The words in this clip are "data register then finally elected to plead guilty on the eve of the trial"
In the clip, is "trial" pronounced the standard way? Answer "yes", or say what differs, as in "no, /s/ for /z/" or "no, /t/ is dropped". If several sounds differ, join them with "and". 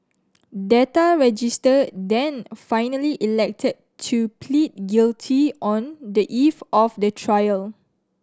yes